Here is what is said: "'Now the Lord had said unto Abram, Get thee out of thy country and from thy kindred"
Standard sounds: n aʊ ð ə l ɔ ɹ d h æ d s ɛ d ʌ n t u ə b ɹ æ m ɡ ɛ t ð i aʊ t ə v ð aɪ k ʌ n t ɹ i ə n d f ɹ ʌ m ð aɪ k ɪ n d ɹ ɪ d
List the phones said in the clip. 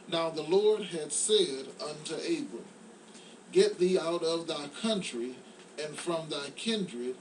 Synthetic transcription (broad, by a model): n aʊ ð ə l ɔ ɹ d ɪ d s ɛ d ʌ n t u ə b ɹ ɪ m ɡ ɛ t ð i aʊ t ə v ð aɪ k ʌ n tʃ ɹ i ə n f ɹ ʌ m ð aɪ k ɪ n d ɹ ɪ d